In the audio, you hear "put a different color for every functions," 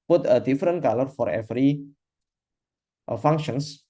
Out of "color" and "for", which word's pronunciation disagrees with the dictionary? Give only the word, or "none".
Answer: none